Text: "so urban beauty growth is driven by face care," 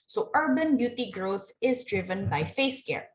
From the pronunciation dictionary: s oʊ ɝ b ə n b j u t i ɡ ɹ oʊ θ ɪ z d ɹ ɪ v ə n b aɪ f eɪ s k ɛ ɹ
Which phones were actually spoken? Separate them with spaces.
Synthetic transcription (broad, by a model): s oʊ ɝ b ə n b j u t i ɡ ɹ oʊ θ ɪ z d ɹ ɪ v ə n b aɪ f eɪ s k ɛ ɹ